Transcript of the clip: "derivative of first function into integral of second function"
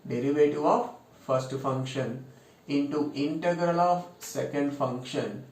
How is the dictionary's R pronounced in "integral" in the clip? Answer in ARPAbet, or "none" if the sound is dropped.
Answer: R